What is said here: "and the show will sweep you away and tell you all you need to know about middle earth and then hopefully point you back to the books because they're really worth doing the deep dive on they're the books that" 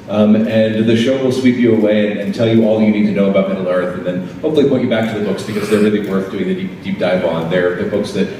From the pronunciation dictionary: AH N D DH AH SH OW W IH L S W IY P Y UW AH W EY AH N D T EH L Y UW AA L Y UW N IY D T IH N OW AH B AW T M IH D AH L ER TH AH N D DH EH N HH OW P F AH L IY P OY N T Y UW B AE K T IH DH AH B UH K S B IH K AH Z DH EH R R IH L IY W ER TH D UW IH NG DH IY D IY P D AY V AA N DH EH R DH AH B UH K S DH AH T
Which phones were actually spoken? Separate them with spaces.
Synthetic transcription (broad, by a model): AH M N DH AH SH OW W IH L S W IY P Y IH AH W EY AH N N T EH L Y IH AA L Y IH N IY D T IH N OW AH B AW T M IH D L ER TH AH N DH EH N HH OW P F L IY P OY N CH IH B AE K T IH DH AH B UH K S B IH K AH Z DH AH R R IH L IY W ER TH D UW IH NG DH IY D IY P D AY B AA N DH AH R DH AH B UH K S DH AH T